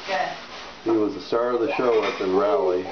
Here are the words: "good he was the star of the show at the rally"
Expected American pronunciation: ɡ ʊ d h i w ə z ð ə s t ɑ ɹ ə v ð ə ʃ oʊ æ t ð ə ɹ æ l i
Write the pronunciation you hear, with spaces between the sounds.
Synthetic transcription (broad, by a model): h i w ə z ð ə s t ɑ ɹ ə v ð ə ʃ oʊ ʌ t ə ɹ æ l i